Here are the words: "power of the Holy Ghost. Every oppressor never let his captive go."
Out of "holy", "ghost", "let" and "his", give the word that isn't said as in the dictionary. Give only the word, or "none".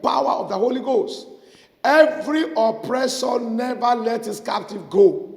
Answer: his